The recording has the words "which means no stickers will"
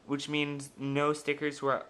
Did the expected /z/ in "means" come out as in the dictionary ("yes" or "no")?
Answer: yes